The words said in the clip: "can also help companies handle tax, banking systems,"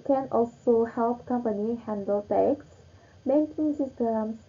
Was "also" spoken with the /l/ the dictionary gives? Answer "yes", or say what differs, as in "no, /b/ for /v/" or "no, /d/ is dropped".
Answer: yes